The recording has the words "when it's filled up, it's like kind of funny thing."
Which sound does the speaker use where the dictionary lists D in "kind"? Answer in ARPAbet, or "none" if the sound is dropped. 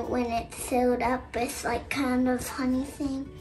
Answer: D